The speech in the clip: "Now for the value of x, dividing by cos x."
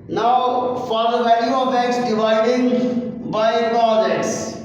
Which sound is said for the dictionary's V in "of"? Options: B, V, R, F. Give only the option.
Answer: B